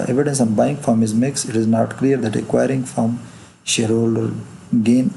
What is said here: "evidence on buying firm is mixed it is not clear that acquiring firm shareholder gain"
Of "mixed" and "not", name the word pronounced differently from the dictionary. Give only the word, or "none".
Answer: mixed